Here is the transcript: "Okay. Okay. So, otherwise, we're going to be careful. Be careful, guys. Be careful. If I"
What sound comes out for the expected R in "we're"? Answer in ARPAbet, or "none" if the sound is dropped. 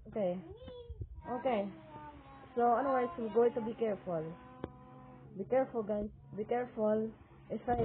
L